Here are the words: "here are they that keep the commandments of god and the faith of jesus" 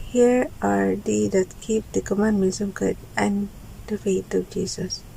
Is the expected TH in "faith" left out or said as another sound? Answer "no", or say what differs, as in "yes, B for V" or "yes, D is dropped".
yes, T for TH